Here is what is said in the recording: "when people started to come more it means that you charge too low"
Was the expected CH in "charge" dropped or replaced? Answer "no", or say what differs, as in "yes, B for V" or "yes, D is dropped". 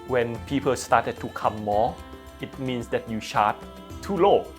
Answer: yes, SH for CH